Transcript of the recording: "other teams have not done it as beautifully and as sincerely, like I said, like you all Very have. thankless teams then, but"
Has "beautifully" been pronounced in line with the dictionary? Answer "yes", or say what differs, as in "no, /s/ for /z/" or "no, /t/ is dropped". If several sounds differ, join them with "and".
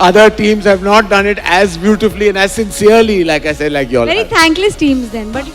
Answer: yes